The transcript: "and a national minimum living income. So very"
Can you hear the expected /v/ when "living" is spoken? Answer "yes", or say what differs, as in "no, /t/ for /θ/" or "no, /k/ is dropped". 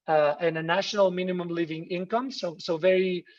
yes